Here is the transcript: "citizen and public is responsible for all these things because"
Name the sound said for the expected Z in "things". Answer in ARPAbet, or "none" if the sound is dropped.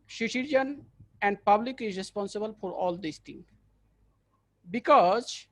none